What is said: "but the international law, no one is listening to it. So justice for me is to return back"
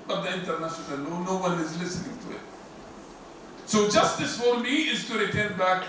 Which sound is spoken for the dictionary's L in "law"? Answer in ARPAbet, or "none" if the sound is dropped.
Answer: N